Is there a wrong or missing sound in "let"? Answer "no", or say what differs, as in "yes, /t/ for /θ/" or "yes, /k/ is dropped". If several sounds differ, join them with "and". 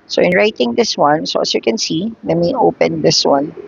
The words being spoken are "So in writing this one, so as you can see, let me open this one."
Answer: yes, /n/ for /l/